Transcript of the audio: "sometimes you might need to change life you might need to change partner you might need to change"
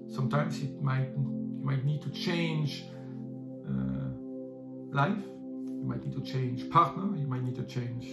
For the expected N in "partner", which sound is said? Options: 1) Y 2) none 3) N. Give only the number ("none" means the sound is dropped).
3